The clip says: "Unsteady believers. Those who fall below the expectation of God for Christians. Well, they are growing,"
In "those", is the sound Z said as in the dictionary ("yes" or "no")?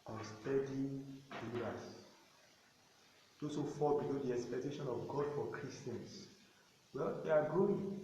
no